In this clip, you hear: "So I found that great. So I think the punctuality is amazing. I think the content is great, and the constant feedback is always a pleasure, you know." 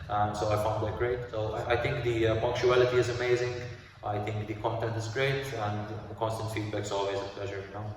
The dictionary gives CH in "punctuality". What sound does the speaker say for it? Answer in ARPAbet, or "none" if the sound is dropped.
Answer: CH